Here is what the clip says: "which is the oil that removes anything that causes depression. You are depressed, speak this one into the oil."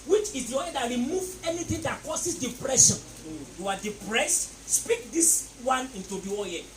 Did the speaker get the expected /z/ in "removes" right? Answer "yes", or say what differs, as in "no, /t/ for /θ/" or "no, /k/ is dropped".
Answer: no, /z/ is dropped